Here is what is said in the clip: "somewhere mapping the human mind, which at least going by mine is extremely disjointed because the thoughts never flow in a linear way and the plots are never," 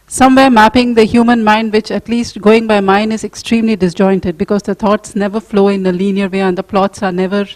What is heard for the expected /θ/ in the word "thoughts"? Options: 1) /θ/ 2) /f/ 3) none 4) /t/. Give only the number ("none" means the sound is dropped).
4